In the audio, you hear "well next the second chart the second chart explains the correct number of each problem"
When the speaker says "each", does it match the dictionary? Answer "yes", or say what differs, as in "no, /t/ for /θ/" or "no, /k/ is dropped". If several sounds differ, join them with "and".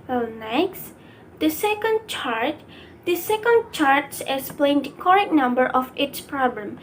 no, /s/ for /tʃ/